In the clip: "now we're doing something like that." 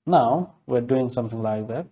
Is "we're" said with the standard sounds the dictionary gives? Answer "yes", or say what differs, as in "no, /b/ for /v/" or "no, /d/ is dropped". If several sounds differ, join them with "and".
yes